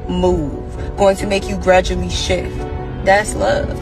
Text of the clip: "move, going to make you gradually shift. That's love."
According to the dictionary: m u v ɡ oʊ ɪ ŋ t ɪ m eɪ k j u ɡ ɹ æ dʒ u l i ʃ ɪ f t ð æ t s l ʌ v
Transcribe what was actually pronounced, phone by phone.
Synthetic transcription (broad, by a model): m u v ɡ oʊ ɪ ŋ t ɪ m eɪ k j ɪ ɡ ɹ æ dʒ u l i ʃ ɪ f t ð æ t s l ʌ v